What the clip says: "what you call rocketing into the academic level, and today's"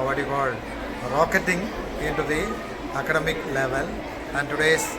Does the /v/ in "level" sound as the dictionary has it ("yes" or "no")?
yes